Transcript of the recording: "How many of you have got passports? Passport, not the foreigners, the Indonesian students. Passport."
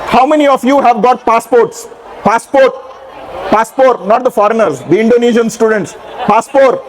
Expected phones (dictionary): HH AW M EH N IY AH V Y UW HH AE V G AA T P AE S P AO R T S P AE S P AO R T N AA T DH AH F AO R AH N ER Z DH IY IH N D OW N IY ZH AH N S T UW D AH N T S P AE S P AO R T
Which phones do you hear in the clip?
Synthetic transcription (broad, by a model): HH AW M EH N IY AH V Y UW HH AE V G AA T P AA S P AO R T S P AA S P AO R T N AA T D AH F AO R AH N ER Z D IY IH N D OW N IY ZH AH N S T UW D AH N T S P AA S P AO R T